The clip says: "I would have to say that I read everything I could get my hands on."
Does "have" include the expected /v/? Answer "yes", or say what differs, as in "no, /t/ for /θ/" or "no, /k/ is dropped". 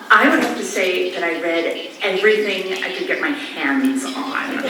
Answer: no, /f/ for /v/